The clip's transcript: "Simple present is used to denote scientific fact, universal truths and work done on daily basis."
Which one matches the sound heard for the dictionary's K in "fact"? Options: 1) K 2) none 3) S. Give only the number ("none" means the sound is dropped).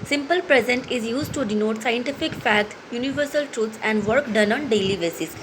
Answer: 2